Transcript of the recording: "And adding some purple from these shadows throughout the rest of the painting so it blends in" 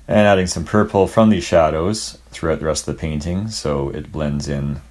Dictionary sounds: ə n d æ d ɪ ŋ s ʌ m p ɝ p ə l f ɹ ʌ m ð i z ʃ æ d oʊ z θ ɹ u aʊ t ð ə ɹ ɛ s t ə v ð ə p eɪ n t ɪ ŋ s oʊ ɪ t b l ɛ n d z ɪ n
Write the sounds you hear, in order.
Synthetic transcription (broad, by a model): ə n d æ d ɪ ŋ s ʌ m p ɝ p l f ɹ ʌ m ð i z ʃ æ d oʊ z θ ɹ u aʊ t ð ə ɹ ɛ s t ə v ð ə p eɪ n t ɪ ŋ s oʊ ɪ t b l ɛ n d z ɪ n